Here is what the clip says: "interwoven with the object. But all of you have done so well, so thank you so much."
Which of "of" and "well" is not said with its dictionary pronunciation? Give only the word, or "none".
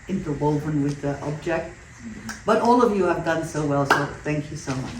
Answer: none